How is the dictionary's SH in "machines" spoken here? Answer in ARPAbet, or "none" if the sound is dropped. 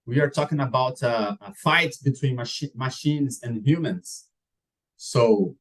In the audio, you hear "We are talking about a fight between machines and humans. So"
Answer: SH